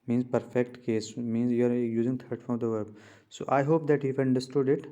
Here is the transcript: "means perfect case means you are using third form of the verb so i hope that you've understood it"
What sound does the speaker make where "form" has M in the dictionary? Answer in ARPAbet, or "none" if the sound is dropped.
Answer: none